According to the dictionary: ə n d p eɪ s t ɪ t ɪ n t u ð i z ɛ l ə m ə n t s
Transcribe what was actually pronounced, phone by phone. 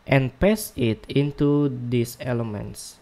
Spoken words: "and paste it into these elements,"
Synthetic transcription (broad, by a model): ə n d p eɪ s ɪ t ɪ n t u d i s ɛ l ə m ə n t s